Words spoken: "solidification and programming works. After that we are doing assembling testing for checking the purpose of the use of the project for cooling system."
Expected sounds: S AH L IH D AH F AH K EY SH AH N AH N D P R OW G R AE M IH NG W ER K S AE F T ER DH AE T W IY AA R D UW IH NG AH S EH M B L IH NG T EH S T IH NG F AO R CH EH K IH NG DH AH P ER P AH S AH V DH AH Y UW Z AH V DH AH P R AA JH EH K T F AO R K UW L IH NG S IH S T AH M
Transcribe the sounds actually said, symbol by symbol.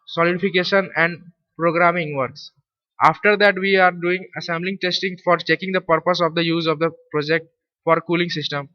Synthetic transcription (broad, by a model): S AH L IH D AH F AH K EY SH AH N AH N D P R OW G R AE M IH NG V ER K S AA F T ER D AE T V IY AA R D UW IH NG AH S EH M B L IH NG T EH S T IH NG F AO R CH EH K IH NG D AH P ER P AH S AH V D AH Y UW Z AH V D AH P R AA JH EH K T F AO R K UW L IH NG S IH S T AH M